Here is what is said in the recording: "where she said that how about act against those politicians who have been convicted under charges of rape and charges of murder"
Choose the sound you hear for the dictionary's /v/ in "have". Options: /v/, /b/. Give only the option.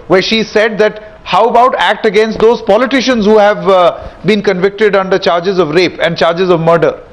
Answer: /v/